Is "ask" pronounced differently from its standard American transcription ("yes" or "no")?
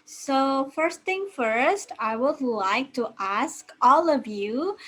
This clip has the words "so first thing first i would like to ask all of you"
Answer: no